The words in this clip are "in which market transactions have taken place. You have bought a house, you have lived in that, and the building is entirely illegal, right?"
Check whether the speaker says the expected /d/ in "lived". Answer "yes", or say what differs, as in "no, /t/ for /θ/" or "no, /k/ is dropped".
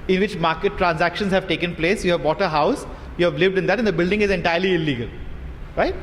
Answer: yes